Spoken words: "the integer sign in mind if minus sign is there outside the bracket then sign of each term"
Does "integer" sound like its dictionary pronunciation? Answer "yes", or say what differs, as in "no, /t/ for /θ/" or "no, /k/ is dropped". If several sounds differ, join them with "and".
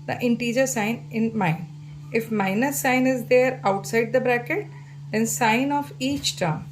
yes